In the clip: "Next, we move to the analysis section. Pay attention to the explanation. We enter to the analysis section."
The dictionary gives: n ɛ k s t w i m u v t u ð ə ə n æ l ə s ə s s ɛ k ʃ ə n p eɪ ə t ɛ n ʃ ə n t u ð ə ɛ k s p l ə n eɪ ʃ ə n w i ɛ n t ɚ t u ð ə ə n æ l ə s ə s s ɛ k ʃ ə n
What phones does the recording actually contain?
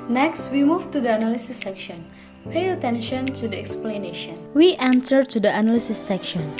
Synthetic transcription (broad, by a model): n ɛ k s t w i m u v t u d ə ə n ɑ l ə s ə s s ɛ k ʃ ə n p eɪ ə t ɛ n ʃ ə n t u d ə ɛ k s p l ə n eɪ ʃ ə n w i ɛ n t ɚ t u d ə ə n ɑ l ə s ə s s ɛ k ʃ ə n